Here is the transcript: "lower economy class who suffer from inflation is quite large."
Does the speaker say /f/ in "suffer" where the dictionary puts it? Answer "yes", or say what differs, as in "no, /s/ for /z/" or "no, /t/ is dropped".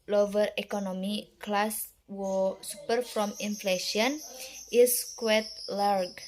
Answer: no, /p/ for /f/